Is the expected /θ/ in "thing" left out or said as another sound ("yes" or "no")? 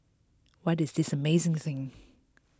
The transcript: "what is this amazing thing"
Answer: no